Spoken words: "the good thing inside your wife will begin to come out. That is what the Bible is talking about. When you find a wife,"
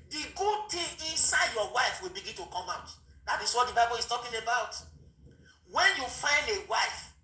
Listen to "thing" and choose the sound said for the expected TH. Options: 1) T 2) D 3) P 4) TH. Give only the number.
1